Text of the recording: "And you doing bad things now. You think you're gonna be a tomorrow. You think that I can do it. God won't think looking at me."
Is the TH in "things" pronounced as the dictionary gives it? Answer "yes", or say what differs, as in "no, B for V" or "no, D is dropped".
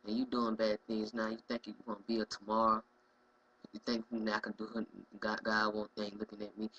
yes